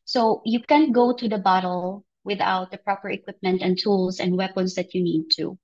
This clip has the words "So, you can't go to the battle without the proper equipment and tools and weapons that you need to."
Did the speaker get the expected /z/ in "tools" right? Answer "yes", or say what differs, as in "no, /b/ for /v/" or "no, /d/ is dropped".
no, /s/ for /z/